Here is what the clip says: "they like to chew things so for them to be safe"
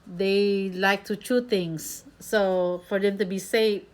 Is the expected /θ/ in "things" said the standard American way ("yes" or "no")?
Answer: no